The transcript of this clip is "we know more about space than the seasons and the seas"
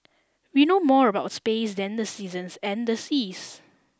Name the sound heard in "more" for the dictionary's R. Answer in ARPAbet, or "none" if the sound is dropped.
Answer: R